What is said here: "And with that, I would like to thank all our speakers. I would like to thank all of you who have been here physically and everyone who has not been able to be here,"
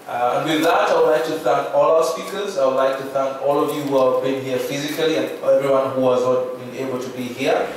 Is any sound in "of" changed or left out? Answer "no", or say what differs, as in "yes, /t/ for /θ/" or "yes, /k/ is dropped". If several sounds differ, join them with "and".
no